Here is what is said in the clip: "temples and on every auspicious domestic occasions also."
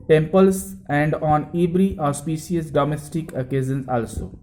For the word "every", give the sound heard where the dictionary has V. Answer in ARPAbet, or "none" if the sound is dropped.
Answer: B